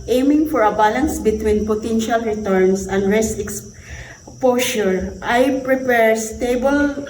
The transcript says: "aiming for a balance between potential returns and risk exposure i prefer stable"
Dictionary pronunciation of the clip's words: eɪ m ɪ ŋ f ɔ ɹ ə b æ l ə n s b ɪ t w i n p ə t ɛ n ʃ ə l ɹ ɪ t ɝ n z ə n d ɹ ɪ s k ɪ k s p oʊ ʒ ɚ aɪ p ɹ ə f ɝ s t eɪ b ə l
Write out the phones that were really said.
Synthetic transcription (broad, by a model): eɪ m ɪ ŋ f ɔ ɹ ə b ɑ l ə n s b ɪ t w i n p ə t ɛ n ʃ ə l ɹ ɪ t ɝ n s ə n d ɹ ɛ s ɪ k s p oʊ ʃ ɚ aɪ p ɹ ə p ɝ s t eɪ b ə l